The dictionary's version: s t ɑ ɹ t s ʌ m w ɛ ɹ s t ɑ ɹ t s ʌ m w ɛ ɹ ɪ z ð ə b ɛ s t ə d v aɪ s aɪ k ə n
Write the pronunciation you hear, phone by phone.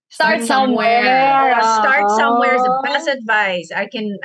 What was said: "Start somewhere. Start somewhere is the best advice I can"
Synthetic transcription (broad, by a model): s t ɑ ɹ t s ʌ m w ɛ ɹ s t ɑ ɹ t s ʌ m w ɛ ɹ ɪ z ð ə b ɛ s ə d v aɪ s aɪ k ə n